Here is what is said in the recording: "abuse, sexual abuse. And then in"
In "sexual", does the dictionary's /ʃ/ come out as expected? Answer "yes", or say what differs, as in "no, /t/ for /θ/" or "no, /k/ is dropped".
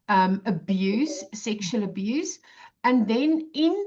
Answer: yes